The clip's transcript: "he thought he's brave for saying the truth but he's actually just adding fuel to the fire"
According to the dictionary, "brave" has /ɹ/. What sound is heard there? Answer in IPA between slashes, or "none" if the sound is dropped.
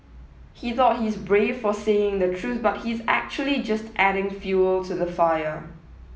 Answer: /ɹ/